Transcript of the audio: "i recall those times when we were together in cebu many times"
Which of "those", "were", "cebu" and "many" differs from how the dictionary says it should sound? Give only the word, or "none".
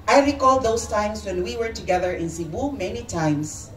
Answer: those